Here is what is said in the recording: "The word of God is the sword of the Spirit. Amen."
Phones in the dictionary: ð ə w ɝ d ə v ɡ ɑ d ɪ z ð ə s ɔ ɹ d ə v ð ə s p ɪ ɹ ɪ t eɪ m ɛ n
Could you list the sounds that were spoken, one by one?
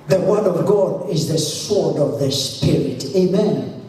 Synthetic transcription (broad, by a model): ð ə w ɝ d ə v ɡ ɑ d ɪ z ð ə s ɔ ɹ d ə v ð ə s p ɪ ɹ ɪ t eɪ m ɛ n